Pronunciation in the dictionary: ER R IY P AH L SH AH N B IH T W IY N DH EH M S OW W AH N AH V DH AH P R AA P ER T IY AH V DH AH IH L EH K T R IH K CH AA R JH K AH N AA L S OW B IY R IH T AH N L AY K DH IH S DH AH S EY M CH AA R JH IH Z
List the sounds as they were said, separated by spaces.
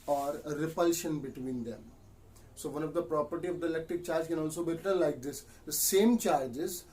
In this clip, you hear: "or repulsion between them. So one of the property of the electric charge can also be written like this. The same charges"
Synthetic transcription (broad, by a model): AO R IY P AH L SH AH N B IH T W IY N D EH M S OW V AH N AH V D AH P R AA P ER T IY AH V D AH IH L EH K T R IH K CH AA R JH K AH N AA L S OW B IY R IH T AH N L AY K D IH S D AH S EY M CH AA R JH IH Z